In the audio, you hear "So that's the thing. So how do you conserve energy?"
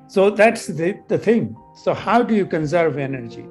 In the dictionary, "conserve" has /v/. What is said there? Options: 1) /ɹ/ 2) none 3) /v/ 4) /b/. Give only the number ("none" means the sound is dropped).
3